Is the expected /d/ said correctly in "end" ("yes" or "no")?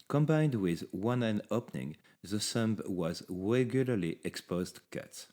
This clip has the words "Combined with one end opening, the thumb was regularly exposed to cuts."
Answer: no